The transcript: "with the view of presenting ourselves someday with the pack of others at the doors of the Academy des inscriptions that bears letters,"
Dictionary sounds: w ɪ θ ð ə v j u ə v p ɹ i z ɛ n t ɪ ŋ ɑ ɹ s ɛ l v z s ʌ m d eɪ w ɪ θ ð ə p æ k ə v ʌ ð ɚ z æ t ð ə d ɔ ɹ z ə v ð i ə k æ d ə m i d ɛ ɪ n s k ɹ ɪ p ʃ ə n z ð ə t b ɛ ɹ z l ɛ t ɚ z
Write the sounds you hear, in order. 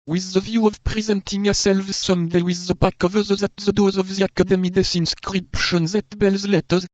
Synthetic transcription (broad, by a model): w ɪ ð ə v j u ə v p ɹ i z ɛ n t ɪ ŋ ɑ s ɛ l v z s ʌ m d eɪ w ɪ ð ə b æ k ə v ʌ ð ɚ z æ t ð ə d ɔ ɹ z ə v ð i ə k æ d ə m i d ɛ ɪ n s k ɹ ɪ p ʃ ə n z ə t b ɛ l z l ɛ t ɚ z